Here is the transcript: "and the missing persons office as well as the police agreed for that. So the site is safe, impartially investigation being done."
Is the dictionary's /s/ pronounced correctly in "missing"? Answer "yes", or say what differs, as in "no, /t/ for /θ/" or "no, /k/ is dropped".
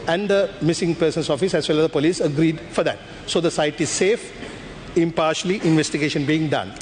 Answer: yes